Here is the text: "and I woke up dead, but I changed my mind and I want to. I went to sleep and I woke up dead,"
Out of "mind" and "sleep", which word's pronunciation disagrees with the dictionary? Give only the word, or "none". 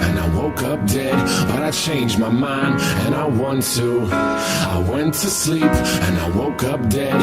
none